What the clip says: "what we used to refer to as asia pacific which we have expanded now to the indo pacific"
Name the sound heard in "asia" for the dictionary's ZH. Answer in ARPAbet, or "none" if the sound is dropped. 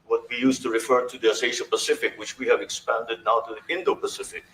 SH